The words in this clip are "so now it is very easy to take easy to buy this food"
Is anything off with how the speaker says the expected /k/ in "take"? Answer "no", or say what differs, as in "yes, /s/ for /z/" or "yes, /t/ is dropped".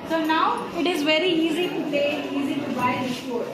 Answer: yes, /k/ is dropped